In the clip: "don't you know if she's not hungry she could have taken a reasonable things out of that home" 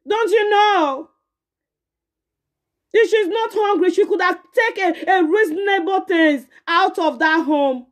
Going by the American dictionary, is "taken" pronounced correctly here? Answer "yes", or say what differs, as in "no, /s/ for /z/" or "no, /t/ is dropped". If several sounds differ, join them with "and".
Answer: no, /n/ is dropped